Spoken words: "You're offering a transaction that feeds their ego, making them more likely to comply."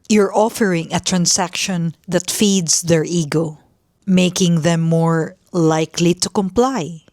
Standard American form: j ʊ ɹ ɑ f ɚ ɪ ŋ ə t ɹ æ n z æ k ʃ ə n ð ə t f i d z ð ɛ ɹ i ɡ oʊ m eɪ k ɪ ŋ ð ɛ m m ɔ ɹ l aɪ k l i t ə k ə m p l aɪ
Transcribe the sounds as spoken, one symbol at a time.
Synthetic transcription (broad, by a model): j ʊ ɹ ɑ f ɚ ɪ ŋ ə t ɹ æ n s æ k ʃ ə n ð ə t f i d s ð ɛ ɹ i ɡ oʊ m eɪ k ɪ ŋ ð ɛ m m ɔ ɹ l aɪ k l i t ə k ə m p l aɪ